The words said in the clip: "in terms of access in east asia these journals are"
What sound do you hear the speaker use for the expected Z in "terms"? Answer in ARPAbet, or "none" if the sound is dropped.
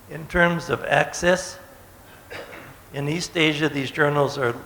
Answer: Z